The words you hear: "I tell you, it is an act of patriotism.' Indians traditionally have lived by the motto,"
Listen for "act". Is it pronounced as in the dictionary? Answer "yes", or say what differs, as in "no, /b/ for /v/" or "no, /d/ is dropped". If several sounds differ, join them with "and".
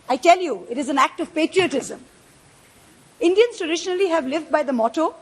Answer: yes